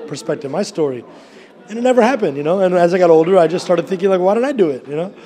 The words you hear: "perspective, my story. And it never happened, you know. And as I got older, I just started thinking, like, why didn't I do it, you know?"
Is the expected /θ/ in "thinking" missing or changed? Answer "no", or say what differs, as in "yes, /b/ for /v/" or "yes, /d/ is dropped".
no